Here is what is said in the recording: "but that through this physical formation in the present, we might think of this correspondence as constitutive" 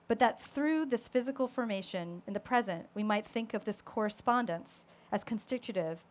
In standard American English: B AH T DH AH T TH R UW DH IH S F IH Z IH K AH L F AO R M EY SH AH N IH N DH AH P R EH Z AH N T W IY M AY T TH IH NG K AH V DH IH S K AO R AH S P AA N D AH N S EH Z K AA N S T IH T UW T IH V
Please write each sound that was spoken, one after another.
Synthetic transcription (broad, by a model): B AH T DH AH T TH R UW DH IH S F IH Z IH K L F AO R M EY SH AH N IH N DH AH P R EH Z AH N T W IY M AY T TH IH NG K AH V DH IH S K AO R AH S P AA N D AH N S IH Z K N S T IH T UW T IH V